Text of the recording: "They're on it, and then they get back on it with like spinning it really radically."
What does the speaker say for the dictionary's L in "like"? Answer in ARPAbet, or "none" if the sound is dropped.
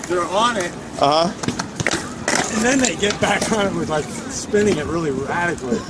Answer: L